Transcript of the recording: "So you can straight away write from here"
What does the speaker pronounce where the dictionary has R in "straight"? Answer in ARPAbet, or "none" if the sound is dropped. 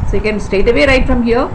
none